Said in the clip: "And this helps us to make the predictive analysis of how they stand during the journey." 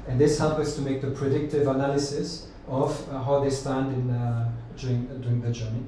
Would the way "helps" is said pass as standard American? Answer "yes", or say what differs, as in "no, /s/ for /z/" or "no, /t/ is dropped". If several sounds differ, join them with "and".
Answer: no, /s/ is dropped